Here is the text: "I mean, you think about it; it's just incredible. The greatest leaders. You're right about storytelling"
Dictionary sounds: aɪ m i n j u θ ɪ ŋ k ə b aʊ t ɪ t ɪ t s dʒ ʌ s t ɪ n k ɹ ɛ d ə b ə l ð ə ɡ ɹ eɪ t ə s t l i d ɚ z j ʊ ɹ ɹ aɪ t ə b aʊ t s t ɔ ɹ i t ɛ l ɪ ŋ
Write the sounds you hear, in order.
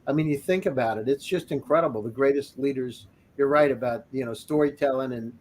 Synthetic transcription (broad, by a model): aɪ m i n j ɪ θ ɪ ŋ k ə b aʊ t ɪ t ɪ t s dʒ ʌ s t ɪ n k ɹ ɛ d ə b l ð ə ɡ ɹ eɪ t ə s t l i d ɚ z j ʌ ɹ ɹ aɪ t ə b aʊ t s t ɔ ɹ i t ɛ l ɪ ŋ